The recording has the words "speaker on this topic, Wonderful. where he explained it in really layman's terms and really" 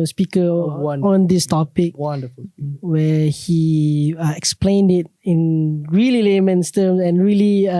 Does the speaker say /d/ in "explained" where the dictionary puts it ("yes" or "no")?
yes